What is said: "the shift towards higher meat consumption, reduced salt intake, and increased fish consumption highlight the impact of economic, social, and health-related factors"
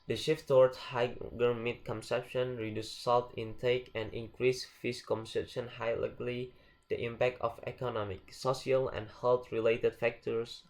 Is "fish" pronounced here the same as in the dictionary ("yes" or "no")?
no